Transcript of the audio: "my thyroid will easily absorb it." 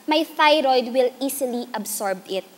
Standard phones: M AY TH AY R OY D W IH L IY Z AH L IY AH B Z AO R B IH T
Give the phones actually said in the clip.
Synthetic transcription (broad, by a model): M AY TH AY R OY D W IH L IY S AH L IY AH B S AO R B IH T